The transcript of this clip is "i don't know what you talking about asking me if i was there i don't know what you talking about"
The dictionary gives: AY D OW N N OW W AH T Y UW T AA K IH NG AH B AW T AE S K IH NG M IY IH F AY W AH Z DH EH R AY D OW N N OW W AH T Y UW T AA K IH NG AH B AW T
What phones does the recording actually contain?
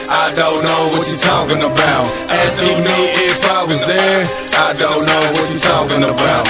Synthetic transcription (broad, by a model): AY D OW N N OW W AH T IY T AA K IH NG AH B AW T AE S IH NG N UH IH F AY W AH Z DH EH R AY D OW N N OW W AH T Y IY T AA K IH NG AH B AW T